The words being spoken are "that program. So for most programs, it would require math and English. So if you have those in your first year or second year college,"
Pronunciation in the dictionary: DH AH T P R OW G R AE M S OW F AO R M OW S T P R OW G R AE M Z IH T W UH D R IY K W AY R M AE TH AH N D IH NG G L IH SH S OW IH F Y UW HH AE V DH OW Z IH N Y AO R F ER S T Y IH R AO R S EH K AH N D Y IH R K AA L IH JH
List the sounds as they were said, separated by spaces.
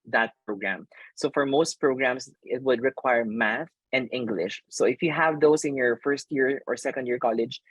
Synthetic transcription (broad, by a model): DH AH T P R OW G R AE M S OW F AO R M OW S T P R OW G R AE M S IH T W UH D R IY K W AY R M AE TH AH N D IH NG G L IH SH S OW IH F Y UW HH AE V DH OW S IH N Y AO R F ER S T Y IH R AO R S EH K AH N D Y IH R K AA L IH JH